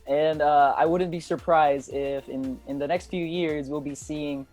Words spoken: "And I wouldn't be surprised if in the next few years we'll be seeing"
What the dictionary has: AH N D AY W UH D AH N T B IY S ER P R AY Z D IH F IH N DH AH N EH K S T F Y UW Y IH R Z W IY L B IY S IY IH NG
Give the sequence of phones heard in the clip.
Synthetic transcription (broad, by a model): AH N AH AY W UH D N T B IY S ER P R AY Z D IH F IH N DH AH N EH K S T F Y UW Y IH R Z W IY L B IY S IY IH NG